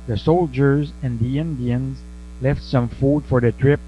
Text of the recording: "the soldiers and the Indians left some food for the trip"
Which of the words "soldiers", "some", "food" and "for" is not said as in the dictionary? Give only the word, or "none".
none